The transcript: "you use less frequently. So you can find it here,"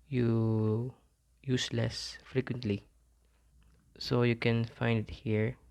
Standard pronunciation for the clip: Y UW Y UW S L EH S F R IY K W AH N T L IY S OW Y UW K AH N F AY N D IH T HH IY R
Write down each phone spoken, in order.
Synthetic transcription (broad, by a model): Y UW Y UW S L EH S F R IY K W AH N T L IY S OW Y UW K AH N F AY N D IH T HH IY R